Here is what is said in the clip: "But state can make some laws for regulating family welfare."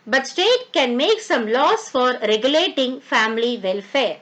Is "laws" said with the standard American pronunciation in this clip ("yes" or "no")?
no